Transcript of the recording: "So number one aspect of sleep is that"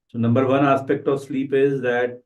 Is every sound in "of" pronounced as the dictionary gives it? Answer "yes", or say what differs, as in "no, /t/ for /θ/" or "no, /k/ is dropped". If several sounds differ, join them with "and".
yes